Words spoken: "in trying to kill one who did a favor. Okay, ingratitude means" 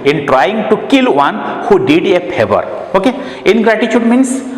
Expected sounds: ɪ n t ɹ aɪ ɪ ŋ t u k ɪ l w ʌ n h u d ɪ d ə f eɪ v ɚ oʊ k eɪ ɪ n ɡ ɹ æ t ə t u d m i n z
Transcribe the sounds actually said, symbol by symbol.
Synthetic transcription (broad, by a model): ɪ n t ɹ aɪ ɪ ŋ t u k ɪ l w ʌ n h u d ɪ d ə p eɪ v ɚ oʊ k eɪ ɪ n ɡ ɹ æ t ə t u d m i n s